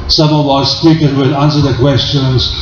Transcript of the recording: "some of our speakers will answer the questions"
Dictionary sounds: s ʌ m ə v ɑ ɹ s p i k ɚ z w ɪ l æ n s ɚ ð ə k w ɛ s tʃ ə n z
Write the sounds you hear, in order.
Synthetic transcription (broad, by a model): s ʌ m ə w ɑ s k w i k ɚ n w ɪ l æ n s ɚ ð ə k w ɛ s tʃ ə n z